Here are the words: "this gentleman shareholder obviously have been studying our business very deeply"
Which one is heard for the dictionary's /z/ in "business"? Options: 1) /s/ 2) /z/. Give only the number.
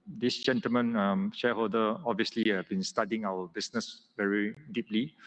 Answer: 1